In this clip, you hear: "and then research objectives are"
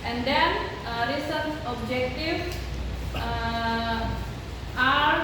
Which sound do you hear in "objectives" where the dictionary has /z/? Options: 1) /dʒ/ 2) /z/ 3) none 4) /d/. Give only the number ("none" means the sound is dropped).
3